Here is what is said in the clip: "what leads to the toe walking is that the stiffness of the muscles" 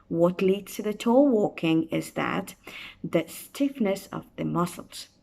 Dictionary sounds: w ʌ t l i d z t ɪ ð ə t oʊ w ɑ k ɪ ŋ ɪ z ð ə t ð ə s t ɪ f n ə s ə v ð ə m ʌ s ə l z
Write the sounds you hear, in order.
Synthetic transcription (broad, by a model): w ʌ t l i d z t ɪ ð ə t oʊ w ɑ k ɪ ŋ ɪ z ð ə t ð ə s t ɪ f n ə s ə v ð ə m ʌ s l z